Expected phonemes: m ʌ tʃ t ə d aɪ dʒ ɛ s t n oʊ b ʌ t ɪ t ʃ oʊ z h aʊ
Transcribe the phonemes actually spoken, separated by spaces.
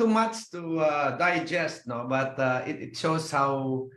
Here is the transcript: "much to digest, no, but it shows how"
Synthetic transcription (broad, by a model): m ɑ tʃ t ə d aɪ dʒ ɛ s t n oʊ b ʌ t ɪ t ʃ oʊ s h aʊ